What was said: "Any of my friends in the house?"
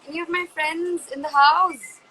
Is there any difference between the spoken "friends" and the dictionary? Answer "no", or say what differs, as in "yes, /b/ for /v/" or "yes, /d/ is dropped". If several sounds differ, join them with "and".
no